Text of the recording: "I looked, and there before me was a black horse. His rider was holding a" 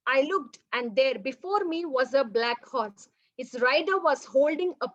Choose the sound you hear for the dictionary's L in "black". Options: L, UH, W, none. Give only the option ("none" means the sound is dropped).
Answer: L